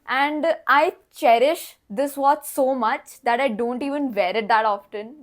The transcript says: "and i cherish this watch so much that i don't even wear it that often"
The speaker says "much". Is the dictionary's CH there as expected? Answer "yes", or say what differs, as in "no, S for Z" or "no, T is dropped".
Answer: yes